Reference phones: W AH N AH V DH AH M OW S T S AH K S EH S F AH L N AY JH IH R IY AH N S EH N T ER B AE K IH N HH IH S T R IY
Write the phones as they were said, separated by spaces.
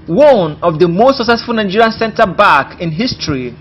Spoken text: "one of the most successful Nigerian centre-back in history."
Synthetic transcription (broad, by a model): W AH N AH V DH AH M OW S T S AH K S EH S F AH L N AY JH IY R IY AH N S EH N T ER B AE K IH N HH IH S T R IY